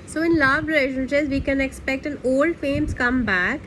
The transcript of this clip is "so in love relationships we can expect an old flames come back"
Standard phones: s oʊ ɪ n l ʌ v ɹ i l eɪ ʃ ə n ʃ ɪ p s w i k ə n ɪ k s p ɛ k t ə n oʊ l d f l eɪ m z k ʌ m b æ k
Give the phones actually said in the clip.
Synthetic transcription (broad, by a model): s oʊ ɪ n l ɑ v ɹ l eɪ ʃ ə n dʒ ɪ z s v i k ə n ɪ k s p ɛ k t ə n oʊ l d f eɪ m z k ʌ m b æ k